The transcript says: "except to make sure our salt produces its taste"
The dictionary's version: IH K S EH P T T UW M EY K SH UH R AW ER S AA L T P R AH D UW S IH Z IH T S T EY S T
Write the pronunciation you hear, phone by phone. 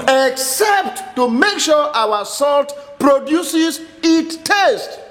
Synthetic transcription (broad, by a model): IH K S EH P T T UW M EY K SH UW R AW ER S AA L T P R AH D UW S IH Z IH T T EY S T